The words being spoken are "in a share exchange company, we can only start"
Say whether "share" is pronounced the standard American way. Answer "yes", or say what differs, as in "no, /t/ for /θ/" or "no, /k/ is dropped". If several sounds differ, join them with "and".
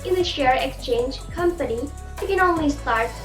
yes